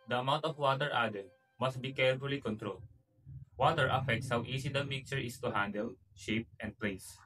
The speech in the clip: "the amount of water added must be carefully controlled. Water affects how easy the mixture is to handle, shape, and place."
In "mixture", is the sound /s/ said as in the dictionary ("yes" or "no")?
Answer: no